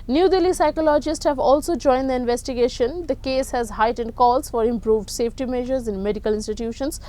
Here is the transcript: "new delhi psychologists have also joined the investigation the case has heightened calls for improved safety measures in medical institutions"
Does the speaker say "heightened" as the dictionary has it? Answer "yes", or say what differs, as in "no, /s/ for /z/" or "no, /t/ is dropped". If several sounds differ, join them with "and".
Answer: yes